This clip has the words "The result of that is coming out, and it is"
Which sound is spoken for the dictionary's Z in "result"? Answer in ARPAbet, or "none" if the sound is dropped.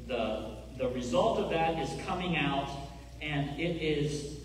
Z